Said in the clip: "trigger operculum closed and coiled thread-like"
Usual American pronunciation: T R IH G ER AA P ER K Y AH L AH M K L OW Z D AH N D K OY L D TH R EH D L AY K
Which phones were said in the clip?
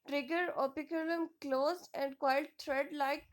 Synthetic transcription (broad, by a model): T R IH G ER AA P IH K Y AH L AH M K L OW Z AH N D K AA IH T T R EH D L AY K